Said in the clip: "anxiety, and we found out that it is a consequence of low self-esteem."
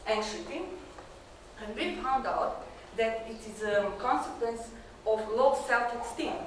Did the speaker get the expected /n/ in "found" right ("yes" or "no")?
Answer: yes